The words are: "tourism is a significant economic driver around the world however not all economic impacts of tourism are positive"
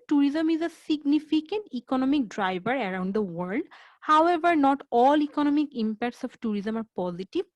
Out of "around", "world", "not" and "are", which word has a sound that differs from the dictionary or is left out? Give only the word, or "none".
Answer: none